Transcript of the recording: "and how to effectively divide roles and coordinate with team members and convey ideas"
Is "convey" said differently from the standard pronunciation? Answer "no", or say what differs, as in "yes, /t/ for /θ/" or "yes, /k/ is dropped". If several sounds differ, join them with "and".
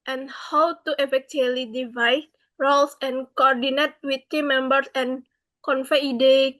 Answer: yes, /f/ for /v/